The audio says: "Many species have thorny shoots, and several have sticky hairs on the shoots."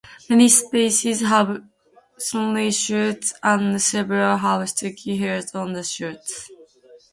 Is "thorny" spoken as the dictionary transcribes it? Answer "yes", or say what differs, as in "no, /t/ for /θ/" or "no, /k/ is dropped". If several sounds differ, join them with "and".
no, /s/ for /θ/